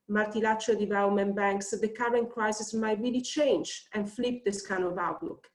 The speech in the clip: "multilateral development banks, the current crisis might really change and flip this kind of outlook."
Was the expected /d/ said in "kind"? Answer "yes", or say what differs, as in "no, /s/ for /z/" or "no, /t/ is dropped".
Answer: no, /d/ is dropped